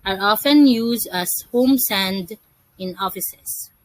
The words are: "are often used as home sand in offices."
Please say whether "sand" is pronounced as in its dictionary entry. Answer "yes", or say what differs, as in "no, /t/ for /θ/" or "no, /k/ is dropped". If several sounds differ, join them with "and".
yes